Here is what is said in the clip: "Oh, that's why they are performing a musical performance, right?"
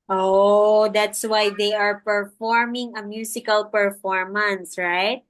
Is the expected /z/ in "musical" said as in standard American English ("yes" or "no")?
no